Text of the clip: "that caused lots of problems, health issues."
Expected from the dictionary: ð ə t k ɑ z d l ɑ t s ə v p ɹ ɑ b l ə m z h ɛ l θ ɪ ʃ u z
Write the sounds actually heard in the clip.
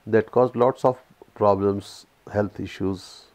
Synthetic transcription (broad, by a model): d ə t k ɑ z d l ɑ t s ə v p ɹ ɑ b l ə m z h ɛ l t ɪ ʃ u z